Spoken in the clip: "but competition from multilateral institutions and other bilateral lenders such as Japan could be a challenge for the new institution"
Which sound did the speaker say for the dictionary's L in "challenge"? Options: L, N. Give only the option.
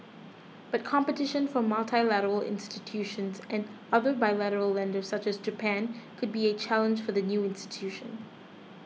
L